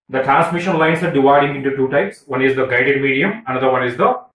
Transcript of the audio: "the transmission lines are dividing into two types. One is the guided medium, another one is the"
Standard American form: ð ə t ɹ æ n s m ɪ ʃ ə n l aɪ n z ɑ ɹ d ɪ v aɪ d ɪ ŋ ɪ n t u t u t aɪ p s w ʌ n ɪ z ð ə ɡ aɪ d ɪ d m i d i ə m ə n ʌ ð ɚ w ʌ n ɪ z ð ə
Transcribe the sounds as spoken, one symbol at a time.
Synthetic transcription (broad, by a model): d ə t ɹ æ n s m ɪ ʃ ə n l aɪ n s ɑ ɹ d ɪ v aɪ d ɪ ŋ ɪ n t u t u t aɪ p s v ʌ n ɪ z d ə ɡ aɪ d ɪ d m i d i ə m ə n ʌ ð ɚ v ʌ n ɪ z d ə